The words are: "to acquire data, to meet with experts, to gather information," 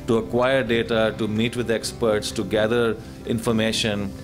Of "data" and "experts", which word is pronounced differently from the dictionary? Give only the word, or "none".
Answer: none